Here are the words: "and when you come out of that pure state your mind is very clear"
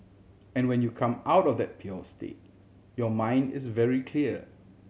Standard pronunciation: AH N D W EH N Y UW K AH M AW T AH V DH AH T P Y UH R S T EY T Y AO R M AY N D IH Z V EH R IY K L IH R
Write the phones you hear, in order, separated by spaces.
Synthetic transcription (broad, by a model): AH N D W EH N Y UW K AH M AW T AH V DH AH T P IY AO S T EY T Y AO M AY N D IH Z V EH R IY K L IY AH